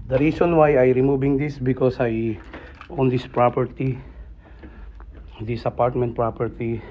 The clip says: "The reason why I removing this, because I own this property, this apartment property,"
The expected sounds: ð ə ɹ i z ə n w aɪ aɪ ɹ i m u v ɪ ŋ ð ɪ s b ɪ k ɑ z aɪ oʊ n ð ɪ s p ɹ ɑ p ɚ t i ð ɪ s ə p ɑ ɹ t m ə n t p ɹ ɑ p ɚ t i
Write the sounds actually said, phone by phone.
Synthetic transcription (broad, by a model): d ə ɹ i s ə n w aɪ aɪ ɹ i m u b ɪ ŋ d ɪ s b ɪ k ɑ s aɪ oʊ n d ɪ s p ɹ ɑ p ɚ t i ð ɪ s ə p ɑ ɹ t m ə n t p ɹ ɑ p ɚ t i